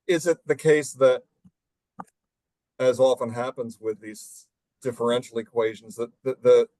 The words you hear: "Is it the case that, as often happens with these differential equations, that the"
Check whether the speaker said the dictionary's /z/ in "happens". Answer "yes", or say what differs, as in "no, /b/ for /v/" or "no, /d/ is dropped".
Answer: yes